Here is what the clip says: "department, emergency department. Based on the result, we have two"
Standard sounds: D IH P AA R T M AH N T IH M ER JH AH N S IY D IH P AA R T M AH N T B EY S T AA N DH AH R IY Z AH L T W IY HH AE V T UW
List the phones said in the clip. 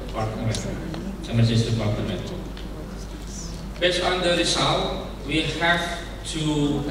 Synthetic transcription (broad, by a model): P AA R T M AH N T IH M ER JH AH S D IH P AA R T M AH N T B EY S T AA N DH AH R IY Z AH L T W IY HH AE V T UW